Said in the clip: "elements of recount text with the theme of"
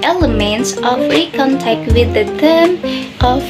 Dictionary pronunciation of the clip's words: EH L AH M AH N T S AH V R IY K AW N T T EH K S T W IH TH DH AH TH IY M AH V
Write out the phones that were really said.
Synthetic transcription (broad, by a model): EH L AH M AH N T S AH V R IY K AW N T T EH K T W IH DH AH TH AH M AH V